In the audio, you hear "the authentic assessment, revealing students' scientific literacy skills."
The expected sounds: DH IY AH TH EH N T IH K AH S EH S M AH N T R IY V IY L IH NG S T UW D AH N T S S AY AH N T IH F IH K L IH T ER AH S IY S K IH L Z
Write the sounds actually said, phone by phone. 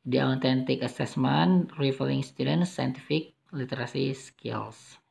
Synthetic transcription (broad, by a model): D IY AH T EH N T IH K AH S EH S M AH N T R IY F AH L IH NG S T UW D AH N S S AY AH N T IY F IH K L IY T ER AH S IY S K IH L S